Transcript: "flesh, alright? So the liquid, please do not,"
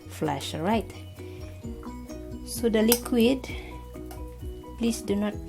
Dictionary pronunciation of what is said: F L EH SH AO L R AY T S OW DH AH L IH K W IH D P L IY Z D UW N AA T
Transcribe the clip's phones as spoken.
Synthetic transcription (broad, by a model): F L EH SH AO R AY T S OW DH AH L IH K W IH D P L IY S D UW N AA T